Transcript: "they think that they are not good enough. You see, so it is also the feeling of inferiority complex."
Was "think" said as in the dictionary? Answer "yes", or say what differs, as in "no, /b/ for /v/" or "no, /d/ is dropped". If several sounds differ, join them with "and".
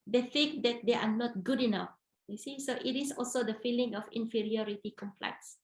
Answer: no, /f/ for /θ/